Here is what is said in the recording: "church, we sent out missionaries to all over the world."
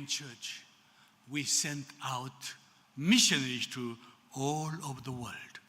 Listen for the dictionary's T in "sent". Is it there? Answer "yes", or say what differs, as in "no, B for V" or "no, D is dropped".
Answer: yes